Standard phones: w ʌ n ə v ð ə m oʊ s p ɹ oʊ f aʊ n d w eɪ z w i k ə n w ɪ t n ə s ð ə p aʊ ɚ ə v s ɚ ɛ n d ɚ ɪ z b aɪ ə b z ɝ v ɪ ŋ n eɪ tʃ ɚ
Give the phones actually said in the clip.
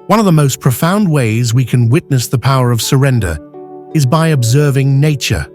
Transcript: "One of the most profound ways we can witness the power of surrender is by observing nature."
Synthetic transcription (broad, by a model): w ʌ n ə v ð ə m oʊ s p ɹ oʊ f aʊ n d w eɪ z w i k ə n w ɪ t n ə s ð ə p aʊ ɚ ə v s ɚ ɛ n d ɚ ɪ z b aɪ ə b z ɝ v ɪ ŋ n eɪ tʃ ɚ